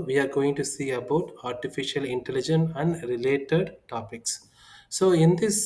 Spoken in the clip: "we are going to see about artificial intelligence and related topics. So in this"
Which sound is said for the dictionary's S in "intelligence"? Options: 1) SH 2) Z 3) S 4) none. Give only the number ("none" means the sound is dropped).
4